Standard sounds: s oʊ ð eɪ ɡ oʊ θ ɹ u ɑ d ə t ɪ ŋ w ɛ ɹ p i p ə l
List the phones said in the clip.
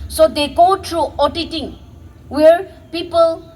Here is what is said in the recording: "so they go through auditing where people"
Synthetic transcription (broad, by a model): s oʊ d eɪ ɡ oʊ t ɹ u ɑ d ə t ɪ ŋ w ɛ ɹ p i p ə l